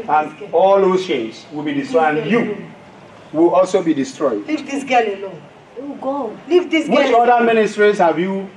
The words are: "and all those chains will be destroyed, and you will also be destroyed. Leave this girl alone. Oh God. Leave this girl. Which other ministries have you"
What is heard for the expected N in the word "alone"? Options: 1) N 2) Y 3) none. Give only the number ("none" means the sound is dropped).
3